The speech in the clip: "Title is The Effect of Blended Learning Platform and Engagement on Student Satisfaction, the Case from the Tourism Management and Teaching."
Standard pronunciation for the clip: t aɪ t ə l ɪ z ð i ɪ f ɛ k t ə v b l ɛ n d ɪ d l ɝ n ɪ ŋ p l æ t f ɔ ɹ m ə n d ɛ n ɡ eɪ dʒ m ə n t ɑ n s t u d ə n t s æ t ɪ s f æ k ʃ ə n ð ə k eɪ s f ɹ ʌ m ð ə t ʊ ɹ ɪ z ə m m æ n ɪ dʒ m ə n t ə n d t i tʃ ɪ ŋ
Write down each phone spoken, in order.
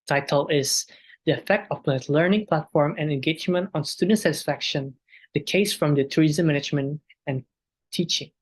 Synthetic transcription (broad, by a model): t aɪ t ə l ɪ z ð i ɪ f ɛ k t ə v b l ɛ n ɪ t l ɝ n ɪ ŋ p l æ t f ɔ ɹ m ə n ɛ n ɡ eɪ dʒ m ə n t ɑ n s t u d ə n t s æ t ɪ s f æ k ʃ ə n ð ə k eɪ s f ɹ ʌ m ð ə t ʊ ɹ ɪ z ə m m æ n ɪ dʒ m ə n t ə n t i tʃ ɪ ŋ